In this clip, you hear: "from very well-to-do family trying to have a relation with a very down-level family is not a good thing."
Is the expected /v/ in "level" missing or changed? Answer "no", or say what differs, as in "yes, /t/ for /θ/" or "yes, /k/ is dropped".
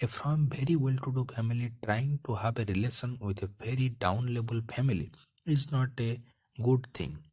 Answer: yes, /b/ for /v/